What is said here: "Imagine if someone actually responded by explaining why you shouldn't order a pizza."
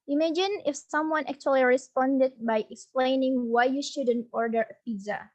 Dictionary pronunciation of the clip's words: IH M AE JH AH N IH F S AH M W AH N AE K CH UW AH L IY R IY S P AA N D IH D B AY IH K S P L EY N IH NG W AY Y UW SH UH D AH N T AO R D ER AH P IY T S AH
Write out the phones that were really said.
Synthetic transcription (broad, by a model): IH M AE JH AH N IH F S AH M W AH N AE K CH UW AH L IY R IY S P AA N D IH D B AY IH K S P L EY N IH NG W AY Y UW SH UH D AH N T AO R D ER AH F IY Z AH